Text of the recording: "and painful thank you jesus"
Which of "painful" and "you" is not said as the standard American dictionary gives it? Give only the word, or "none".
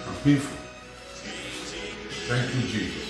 painful